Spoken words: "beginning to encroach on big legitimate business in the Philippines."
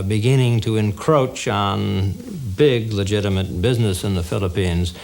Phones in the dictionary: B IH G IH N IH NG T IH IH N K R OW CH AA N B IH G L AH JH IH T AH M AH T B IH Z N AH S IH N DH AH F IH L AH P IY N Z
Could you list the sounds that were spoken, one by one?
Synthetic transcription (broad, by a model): B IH G IH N IH NG T IH IH N K R OW CH N B IH G L AH JH IH T AH M AH T B IH Z N AH S IH N DH AH F IH L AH P IY N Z